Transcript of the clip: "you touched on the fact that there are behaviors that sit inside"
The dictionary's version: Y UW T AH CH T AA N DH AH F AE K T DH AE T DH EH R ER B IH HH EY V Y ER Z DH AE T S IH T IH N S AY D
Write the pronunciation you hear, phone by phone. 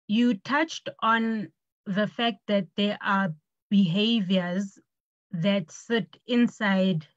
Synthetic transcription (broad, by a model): Y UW T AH CH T AA N DH AH F AE K T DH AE T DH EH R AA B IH HH EY V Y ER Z DH AE T S IH T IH N S AY D